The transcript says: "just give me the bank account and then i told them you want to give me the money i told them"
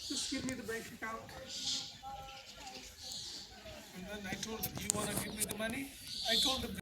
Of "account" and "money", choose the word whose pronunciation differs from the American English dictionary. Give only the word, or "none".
account